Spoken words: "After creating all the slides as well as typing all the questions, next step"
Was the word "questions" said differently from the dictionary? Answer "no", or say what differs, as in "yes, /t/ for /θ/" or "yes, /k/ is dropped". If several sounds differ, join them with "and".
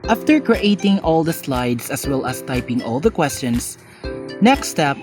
yes, /s/ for /z/